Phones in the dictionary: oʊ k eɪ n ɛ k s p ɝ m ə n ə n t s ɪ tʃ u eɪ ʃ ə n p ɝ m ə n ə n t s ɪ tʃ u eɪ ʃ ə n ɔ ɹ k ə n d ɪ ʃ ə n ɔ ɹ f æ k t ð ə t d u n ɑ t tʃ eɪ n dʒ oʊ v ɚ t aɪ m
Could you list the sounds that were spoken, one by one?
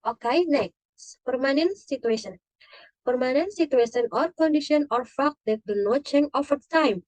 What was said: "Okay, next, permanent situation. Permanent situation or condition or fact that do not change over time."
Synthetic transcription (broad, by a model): oʊ k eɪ n ɛ k s p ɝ m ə n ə n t s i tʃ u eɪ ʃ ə n p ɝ m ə n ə n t s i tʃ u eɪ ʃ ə n ɔ ɹ k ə n d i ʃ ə n ɔ ɹ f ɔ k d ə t d u n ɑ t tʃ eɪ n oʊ f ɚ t aɪ m